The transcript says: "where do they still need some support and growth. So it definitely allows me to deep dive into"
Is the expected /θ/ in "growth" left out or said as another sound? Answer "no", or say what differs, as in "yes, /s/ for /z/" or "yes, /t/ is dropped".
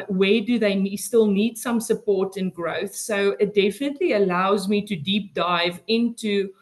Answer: no